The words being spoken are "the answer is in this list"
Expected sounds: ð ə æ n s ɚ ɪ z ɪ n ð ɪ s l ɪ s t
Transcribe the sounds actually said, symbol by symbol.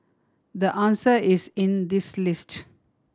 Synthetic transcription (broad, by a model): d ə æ n s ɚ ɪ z ɪ n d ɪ s l ɪ s t